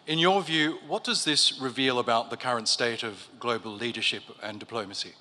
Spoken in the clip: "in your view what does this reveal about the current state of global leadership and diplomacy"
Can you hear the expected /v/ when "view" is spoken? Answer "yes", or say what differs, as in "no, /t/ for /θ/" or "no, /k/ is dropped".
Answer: yes